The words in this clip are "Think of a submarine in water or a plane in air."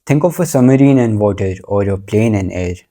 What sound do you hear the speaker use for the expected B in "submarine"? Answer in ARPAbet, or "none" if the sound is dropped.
none